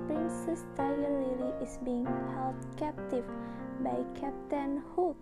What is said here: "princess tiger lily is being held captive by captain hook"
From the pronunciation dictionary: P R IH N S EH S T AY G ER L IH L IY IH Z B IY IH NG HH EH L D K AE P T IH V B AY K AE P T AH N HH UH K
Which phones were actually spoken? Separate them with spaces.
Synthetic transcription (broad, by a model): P R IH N S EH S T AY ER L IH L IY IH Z B IY IH NG HH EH L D K AE P T IH V B AY K AE P T AH N HH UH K